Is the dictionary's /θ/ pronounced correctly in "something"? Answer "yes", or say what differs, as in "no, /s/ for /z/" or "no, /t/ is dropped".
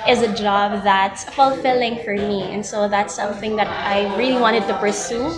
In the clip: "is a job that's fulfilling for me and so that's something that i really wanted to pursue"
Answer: yes